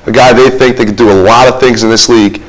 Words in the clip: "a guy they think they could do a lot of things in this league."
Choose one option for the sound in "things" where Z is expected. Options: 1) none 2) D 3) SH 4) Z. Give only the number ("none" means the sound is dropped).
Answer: 4